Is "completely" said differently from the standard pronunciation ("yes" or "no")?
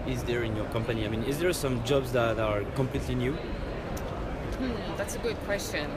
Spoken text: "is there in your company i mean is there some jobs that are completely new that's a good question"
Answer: no